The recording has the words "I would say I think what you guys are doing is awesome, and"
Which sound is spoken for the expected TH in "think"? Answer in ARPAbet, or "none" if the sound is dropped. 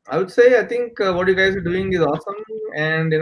T